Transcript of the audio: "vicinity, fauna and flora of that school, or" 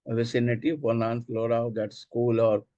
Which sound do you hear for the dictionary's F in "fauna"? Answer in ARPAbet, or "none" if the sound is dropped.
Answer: P